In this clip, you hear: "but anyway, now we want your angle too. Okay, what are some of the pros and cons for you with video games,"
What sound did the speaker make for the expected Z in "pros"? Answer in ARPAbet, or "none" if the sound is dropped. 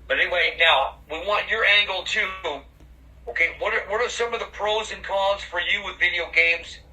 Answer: Z